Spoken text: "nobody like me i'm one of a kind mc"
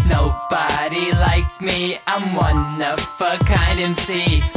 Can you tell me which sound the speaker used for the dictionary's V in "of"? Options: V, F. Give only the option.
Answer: F